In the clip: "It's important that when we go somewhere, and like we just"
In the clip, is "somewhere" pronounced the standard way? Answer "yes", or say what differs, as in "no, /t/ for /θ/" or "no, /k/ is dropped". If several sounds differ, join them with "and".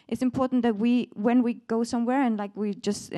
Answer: yes